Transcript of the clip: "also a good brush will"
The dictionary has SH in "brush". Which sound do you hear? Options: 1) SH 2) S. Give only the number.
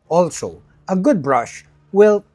1